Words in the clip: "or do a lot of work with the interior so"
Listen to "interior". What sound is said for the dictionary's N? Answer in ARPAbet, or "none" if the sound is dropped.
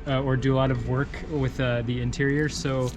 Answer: N